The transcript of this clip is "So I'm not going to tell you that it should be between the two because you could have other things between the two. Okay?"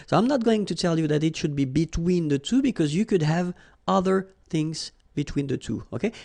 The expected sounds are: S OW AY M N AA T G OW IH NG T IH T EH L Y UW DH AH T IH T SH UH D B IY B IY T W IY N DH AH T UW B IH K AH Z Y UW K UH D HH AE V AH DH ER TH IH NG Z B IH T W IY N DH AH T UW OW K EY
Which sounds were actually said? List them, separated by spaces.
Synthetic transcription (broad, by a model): S OW AY M N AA T G OW IH NG T IH T EH L Y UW DH AH T IH T SH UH D B IY B IY T W IY N DH AH T UW B IH K AH Z Y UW K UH D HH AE V AH DH ER TH IH NG Z B IH T W IY N DH AH T UW OW K EY